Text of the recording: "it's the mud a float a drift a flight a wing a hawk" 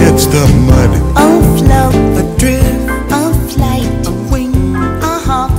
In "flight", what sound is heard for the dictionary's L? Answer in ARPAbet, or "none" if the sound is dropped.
L